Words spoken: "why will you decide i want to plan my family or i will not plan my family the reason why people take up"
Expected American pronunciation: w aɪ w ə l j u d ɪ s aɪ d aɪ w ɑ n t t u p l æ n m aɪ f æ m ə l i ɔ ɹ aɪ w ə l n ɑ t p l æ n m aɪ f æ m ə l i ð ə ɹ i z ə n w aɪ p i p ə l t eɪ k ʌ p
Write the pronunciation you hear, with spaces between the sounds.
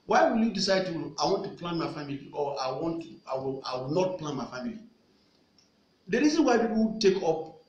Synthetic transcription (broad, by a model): w aɪ w ə l j u d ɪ s aɪ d aɪ w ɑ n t t u p l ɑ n m aɪ f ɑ m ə l i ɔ w aɪ w ə l n ɑ t p l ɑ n m aɪ f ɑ m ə l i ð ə ɹ i z ə n w aɪ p i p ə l t eɪ k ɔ p